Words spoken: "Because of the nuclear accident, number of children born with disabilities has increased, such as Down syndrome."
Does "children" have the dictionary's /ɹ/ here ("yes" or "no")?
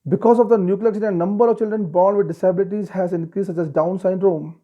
yes